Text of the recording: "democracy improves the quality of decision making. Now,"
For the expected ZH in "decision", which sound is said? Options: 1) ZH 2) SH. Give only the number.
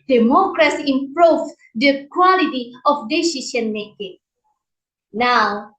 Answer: 2